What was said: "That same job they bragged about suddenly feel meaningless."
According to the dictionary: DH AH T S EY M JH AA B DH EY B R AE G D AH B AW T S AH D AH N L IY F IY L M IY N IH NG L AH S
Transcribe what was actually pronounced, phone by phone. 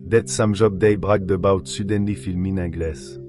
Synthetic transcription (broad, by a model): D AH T S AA M ZH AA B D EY B R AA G D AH B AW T S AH D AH N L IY F IY L M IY N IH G L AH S